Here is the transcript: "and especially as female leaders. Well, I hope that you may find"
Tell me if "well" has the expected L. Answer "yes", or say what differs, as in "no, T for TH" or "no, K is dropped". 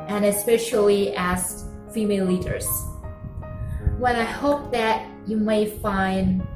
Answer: no, N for L